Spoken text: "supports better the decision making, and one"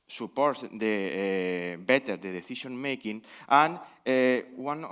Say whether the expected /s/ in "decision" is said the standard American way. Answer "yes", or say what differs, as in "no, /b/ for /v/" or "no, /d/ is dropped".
no, /θ/ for /s/